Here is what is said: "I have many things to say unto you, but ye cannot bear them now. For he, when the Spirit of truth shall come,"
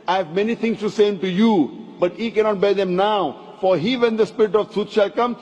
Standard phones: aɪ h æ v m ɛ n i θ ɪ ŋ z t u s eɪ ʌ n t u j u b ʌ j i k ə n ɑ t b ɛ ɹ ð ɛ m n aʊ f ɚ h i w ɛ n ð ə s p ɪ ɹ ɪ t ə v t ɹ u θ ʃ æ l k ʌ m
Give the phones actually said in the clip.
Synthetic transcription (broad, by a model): aɪ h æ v m ɛ n i t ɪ ŋ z t u s eɪ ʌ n t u j u b ʌ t i k ə n ɑ t b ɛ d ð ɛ m n aʊ f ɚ h i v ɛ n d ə s p ɪ ɹ ɪ t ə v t u t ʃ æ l k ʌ m